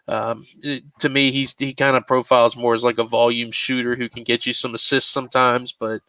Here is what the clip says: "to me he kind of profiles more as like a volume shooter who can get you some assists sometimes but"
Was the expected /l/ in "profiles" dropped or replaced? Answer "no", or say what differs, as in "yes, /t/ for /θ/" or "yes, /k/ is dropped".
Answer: no